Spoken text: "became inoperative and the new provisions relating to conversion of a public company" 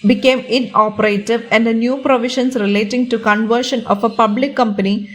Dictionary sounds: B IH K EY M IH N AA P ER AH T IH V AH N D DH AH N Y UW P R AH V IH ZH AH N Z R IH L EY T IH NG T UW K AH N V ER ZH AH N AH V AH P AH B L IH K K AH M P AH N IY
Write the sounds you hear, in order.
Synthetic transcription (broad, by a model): B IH K EY M IH N AA P ER AH T IH V AH N D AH N Y UW P R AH V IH SH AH N S R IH L EY T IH NG T UW K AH N V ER SH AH N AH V AH P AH B L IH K K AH M P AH N IY